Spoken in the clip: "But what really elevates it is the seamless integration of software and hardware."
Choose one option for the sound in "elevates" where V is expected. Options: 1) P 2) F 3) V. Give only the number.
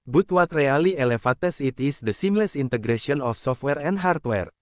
2